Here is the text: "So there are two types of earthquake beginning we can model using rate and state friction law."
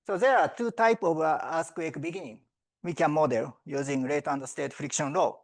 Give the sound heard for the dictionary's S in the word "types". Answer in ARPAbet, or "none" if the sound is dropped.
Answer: none